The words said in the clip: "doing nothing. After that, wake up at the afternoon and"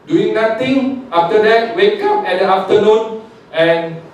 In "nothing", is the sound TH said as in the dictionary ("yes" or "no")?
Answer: no